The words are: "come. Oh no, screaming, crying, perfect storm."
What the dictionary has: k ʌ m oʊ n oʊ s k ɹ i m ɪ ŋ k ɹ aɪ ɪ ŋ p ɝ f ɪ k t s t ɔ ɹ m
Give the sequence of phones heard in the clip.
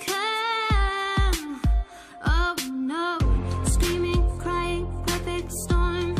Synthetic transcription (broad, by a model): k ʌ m oʊ n oʊ s k ɹ i m ɪ ŋ k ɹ aɪ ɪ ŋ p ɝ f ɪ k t s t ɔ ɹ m